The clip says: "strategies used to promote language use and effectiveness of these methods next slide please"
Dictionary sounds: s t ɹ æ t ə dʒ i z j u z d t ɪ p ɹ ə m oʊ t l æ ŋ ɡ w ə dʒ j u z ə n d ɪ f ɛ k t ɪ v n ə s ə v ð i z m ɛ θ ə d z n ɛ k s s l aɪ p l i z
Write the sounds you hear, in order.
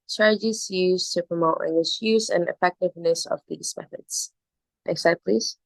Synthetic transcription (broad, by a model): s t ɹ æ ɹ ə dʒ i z j u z t ɪ p ɹ ə m oʊ t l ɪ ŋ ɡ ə ʃ j u z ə n ɪ f ɛ k t ɪ v n ə s ə v ð i z m ɛ θ ə d z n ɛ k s s aɪ p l i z